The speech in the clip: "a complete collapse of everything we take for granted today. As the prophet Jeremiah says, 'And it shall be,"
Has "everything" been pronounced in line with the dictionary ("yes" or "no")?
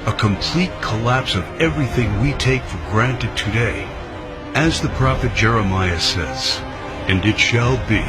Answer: yes